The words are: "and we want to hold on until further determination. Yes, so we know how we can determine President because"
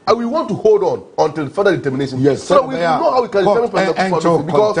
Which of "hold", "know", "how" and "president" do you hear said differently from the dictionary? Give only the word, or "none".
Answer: president